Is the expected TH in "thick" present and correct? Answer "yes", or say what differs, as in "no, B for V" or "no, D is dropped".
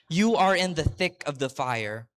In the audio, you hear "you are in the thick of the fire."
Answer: yes